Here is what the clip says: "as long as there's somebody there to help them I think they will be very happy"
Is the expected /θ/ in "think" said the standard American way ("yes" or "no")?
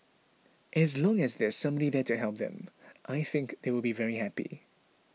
yes